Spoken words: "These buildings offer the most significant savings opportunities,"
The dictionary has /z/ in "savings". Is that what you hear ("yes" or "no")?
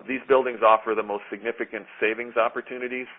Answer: yes